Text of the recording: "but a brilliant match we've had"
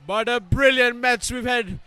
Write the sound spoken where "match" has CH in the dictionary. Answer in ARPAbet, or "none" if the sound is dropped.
S